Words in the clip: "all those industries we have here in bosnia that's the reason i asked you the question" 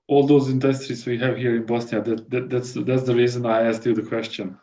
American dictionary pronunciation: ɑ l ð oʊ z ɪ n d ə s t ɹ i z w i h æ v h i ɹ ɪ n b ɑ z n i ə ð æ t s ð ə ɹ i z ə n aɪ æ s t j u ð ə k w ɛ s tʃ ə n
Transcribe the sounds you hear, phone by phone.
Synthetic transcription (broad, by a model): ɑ l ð oʊ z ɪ n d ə s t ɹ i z w i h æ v h i ɹ ɪ n b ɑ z n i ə ð æ t s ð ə ɹ i z ə n aɪ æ s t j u ð ə k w ɛ s tʃ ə n